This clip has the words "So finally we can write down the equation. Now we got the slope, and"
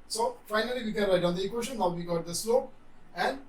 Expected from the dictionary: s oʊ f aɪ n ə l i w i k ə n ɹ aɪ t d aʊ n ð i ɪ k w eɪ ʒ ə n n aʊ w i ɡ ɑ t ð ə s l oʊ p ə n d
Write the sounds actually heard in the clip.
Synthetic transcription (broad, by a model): s oʊ f aɪ n ə l i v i k ə n ɹ aɪ t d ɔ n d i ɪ k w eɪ ʃ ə n n aʊ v i ɡ ɑ t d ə s l oʊ p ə n d